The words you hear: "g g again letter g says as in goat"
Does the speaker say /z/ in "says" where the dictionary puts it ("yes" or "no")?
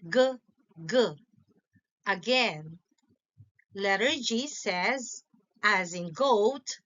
yes